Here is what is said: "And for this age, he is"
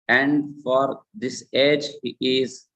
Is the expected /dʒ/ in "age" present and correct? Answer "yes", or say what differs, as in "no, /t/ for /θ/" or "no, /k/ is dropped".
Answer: yes